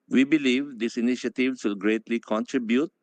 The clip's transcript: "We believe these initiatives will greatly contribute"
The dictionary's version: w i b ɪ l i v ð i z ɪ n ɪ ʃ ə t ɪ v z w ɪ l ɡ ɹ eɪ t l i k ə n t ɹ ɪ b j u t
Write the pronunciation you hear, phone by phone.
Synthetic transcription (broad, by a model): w i b ɪ l i v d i s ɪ n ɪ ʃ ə t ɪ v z w ɪ l ɡ ɹ eɪ t l i k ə n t ɹ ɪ b j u t